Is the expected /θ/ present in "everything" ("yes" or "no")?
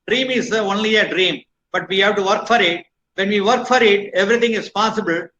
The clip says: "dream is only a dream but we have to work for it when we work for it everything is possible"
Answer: no